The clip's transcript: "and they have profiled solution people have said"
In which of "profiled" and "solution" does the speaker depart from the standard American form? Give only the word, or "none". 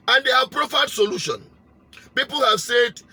profiled